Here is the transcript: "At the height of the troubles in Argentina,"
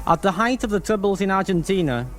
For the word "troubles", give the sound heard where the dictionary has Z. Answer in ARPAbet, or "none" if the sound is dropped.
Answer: Z